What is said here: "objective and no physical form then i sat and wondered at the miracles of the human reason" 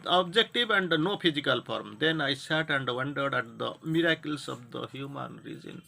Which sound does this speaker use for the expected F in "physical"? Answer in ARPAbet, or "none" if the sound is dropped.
P